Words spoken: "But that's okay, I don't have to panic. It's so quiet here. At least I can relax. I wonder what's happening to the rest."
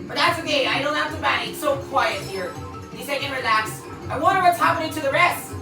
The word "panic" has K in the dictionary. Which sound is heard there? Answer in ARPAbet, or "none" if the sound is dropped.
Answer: none